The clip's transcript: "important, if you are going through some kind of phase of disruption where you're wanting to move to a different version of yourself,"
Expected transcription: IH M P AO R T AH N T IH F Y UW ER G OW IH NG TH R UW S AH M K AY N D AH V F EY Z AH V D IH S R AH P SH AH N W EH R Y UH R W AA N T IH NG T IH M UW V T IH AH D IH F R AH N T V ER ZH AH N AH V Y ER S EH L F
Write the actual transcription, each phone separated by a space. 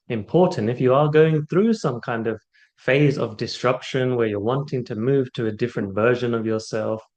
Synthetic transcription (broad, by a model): IH M P AO R T N T IH F Y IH ER G OW IH NG TH R UW S AH M K AY N D AH V F EY Z AH V D IH S R AH P SH AH N W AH R Y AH R W AA N T IH NG T IH M UW V T IH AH D IH F R AH N T V ER ZH AH N AH V Y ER S EH L F